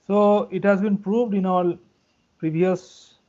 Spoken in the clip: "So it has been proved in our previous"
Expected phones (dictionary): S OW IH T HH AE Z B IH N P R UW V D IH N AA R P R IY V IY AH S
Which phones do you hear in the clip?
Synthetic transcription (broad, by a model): S OW IH T HH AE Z B IH N P R UW V D IH N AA L P R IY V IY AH S